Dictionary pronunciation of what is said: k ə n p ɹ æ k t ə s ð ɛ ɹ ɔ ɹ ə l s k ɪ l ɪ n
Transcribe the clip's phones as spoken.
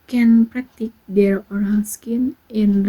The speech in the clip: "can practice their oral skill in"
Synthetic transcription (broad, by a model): k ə n p ɹ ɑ k t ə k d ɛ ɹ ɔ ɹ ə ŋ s k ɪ n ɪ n